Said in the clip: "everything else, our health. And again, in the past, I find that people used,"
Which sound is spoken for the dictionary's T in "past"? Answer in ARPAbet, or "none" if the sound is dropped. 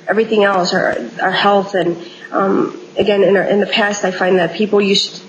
T